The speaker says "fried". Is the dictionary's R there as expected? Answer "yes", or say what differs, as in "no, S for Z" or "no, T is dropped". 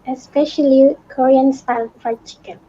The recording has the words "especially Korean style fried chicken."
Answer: no, R is dropped